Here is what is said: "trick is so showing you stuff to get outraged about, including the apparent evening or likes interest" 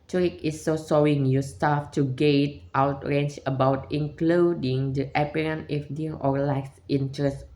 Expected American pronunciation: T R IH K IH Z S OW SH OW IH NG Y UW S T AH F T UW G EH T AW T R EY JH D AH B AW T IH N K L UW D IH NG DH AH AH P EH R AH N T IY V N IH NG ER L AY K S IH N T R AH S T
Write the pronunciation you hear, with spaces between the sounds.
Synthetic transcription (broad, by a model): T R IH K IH S OW S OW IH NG Y UW S T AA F T UW G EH T AW T R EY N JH AH B AW T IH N K L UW D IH NG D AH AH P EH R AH N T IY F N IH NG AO L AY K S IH N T R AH S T